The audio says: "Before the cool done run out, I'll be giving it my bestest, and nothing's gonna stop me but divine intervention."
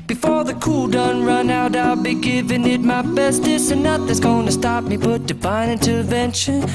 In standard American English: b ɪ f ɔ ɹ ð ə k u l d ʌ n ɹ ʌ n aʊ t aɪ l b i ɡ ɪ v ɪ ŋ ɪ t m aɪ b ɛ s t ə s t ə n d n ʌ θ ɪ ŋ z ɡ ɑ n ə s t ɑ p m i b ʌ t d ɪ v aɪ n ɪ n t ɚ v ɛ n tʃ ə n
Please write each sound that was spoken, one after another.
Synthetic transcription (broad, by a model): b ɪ f ɔ ɹ ð ə k u l d ʌ n ɹ ʌ n aʊ t aɪ l b i ɡ ɪ v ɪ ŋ ɪ t m aɪ b ɛ s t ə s ə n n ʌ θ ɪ z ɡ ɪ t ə s t ɑ p m i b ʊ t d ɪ b aɪ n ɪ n t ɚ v ɛ n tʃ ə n